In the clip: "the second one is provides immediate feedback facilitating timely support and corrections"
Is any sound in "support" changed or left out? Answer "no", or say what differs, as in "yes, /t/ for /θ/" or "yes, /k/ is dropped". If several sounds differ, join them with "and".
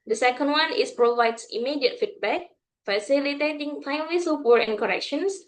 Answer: yes, /t/ is dropped